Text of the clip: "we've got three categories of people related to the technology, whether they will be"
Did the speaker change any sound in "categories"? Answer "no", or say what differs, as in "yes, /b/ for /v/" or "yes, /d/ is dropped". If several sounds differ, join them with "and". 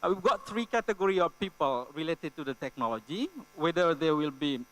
yes, /z/ is dropped